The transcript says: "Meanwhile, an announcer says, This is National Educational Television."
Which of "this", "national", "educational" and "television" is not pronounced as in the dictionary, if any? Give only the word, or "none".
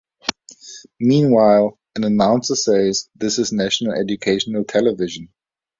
none